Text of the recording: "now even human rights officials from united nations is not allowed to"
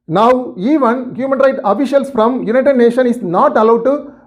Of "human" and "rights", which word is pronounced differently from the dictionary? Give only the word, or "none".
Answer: rights